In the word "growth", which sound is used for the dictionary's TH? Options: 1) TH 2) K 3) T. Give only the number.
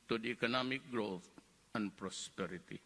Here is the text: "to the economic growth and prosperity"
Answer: 3